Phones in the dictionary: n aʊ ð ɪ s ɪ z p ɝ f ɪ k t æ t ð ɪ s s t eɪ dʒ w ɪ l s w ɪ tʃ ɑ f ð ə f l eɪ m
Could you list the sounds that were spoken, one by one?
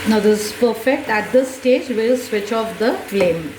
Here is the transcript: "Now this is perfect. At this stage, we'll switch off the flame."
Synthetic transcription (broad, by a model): n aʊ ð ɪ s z p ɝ f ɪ k t æ t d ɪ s s t eɪ dʒ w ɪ l s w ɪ tʃ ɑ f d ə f l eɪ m